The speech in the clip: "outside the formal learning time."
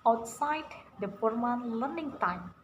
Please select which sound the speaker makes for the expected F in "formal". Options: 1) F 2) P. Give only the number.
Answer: 2